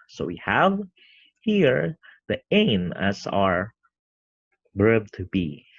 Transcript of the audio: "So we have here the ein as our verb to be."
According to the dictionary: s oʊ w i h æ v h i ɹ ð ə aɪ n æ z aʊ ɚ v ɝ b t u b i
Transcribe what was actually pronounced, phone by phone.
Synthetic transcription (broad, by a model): s oʊ w i h æ v h i ɹ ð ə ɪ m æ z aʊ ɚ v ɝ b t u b i